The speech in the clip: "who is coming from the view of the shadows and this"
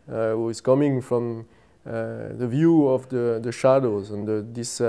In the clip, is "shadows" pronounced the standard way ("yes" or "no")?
yes